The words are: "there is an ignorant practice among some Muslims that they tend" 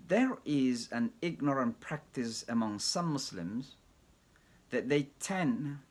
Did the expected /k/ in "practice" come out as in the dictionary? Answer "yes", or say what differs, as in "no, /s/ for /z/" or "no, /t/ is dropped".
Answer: yes